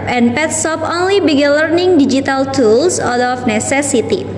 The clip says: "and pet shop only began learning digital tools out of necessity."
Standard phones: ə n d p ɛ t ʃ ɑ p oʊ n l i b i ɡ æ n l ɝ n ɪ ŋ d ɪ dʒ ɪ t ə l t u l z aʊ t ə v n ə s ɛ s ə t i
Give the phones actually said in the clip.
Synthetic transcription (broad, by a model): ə n p ɛ t s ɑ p oʊ n l i b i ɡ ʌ l ɝ n ɪ ŋ d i dʒ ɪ t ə l t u l s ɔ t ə f n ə s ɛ s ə t i